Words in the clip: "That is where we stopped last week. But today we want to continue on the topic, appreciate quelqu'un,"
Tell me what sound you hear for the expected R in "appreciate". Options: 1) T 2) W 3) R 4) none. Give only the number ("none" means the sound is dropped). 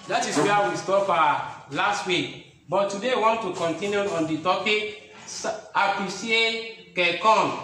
4